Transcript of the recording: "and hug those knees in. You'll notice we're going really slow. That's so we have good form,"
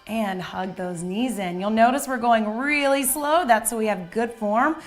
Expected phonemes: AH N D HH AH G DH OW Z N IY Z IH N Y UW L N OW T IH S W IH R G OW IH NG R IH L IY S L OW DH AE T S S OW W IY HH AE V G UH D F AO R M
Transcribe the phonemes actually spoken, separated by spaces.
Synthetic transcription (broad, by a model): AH N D HH AH G DH OW Z N IY Z IH N Y UW L N OW T IH S W IH R G OW IH NG R IH L IY S L OW DH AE T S S OW W IY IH V G UH D F AO R M